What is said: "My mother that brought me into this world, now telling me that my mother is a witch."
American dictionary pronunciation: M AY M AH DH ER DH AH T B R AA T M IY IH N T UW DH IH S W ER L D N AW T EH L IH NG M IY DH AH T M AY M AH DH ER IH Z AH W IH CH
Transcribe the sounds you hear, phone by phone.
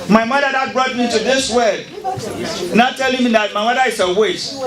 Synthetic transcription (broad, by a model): M AY M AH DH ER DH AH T B R AA T M IY IH N T UW DH IH S W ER D N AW T EH L IH NG M IY DH AH T M AY M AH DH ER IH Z AH W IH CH